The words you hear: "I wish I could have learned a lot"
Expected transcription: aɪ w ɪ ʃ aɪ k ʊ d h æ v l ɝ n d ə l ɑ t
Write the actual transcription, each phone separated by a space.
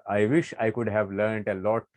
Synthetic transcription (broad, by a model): aɪ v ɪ ʃ aɪ k ʊ d h æ v l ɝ n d ə l ɑ t